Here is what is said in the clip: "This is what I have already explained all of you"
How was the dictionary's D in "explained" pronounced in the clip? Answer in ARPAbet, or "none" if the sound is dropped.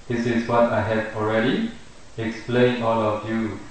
none